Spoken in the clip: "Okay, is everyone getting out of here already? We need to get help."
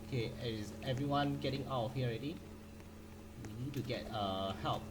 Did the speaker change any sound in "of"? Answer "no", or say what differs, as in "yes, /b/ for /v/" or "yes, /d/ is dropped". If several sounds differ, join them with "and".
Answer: yes, /f/ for /v/